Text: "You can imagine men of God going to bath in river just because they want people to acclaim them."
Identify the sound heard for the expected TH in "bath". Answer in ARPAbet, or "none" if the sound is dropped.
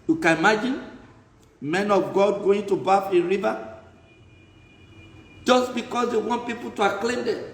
F